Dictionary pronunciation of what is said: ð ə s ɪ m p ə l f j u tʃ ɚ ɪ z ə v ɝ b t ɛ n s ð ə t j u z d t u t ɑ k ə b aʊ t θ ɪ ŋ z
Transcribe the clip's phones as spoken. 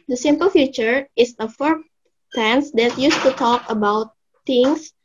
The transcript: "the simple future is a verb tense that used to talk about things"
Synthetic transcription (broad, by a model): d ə s ɪ m p ə l f j u tʃ ɚ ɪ s ə f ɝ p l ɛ n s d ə t j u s t u t ɑ k ə b aʊ t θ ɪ ŋ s